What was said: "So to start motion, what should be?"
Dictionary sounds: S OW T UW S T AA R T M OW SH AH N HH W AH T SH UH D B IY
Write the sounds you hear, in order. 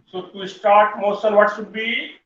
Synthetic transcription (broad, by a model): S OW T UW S T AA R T M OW S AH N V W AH T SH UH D B IY